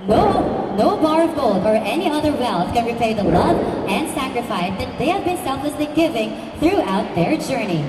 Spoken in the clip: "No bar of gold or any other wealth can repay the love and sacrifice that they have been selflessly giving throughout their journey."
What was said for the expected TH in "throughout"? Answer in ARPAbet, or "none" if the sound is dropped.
TH